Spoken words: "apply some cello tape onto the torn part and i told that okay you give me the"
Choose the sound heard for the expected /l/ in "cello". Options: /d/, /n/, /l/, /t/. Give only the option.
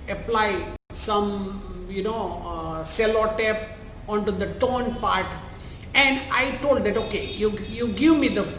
/n/